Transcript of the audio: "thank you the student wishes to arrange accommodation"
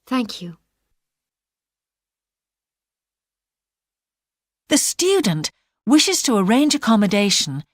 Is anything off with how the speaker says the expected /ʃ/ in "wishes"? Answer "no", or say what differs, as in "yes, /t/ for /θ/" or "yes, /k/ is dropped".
no